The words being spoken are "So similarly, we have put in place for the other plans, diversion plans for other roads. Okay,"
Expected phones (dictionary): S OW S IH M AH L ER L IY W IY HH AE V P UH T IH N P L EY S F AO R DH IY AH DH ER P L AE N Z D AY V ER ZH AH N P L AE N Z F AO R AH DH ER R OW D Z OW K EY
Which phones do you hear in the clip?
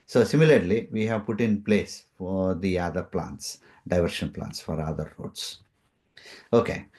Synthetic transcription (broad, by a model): S OW S IH M AH L ER L IY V IY HH AE V P UH T IH N P L EY S F AO R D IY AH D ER P L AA N S D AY V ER SH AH N P L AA N S F AO R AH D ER R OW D S OW K EY